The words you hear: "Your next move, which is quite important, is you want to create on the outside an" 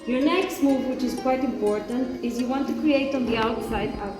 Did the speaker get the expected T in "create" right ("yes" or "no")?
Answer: yes